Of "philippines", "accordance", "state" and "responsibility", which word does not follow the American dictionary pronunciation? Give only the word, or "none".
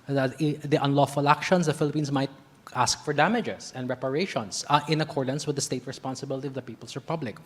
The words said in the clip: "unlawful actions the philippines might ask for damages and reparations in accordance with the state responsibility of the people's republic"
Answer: philippines